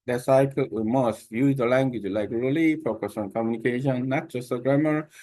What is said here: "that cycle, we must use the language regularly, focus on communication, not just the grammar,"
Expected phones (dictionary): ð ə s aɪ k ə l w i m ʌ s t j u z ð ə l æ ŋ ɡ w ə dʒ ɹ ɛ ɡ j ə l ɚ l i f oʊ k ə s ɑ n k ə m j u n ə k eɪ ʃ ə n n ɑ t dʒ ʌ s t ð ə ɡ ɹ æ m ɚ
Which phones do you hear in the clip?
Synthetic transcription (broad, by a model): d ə s aɪ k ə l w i m ʌ s t j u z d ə l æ ŋ ɡ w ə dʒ l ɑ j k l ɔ l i f oʊ k ə s ɑ n k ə m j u n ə k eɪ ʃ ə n n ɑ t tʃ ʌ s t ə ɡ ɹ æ m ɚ